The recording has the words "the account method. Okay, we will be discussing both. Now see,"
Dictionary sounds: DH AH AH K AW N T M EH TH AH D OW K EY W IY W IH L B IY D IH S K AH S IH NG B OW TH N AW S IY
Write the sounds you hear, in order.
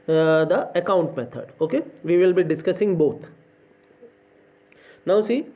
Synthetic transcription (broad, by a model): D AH AH K AW N T M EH T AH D OW K EY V IY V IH L B IY D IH S K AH S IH NG B OW T N AW S IY